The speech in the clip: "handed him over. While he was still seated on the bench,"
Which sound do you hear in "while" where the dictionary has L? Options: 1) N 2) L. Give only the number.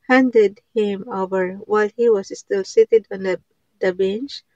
2